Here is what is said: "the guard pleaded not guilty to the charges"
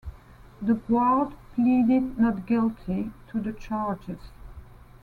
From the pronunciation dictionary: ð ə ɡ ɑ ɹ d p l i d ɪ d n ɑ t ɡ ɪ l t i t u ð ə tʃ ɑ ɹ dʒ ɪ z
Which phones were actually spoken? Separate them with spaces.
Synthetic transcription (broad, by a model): ð ə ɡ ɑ l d p l i d ɪ d n ɑ t ɡ ɪ l t i t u ð ə tʃ ɑ ɹ dʒ ɪ z